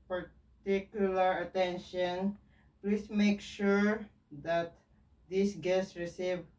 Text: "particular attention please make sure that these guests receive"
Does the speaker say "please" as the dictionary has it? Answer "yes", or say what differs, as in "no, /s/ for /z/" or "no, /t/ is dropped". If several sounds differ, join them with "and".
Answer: no, /s/ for /z/